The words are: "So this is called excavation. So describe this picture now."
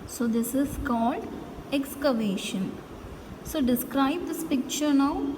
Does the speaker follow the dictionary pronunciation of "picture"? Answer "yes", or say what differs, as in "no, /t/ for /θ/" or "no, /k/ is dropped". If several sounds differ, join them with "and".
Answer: yes